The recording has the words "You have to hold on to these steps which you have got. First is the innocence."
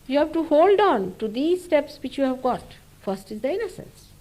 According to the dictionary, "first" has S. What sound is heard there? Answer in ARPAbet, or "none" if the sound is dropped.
S